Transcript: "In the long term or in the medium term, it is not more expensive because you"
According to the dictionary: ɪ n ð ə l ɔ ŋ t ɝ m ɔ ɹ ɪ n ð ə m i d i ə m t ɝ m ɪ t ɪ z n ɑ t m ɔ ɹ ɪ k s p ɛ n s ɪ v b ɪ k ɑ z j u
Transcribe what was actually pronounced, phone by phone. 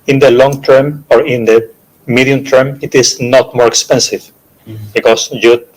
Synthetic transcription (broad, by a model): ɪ n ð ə l ɔ ŋ t ɝ m ɔ ɹ ɪ n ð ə m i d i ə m t ɝ m ɪ t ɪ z n ɑ t m ɔ ɹ k s p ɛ n s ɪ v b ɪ k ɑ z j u